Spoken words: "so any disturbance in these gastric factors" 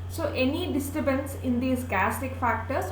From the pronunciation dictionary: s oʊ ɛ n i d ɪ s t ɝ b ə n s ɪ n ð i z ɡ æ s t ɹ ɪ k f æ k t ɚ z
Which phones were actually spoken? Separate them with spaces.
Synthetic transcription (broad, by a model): s oʊ ɛ n i d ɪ s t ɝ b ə n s ɪ n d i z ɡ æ s t ɪ k f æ k t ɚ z